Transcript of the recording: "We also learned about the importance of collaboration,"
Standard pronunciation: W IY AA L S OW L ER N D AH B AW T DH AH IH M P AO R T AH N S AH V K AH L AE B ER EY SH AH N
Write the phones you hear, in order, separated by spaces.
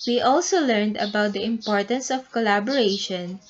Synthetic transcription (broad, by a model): W IY AA L S OW L ER N D AH B AW T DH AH IH M P AO R T AH N S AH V K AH L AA B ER EY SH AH N